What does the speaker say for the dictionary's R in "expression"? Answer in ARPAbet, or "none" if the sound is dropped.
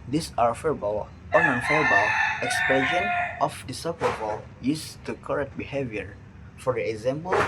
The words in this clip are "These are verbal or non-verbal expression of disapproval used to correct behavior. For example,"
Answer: none